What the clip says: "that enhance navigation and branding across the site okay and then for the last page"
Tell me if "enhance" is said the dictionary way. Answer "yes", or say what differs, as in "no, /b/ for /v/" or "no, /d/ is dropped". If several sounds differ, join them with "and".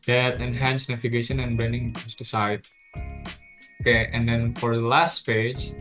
yes